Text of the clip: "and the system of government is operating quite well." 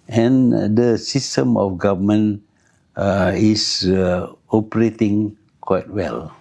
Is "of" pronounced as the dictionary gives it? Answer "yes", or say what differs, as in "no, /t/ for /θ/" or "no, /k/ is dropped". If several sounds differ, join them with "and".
no, /f/ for /v/